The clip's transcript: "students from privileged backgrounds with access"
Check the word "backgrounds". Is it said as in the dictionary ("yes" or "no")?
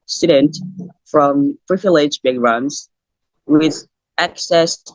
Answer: no